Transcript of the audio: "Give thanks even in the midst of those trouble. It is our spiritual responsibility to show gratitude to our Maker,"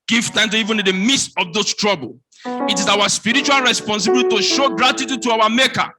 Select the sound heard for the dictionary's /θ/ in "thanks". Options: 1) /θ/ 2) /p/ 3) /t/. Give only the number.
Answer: 3